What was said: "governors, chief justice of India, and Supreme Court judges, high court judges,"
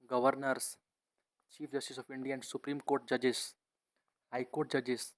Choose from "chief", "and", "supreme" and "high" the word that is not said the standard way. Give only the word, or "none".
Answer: none